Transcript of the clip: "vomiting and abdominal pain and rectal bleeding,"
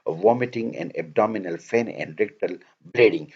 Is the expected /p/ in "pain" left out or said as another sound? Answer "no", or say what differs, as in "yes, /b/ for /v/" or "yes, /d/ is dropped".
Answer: yes, /f/ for /p/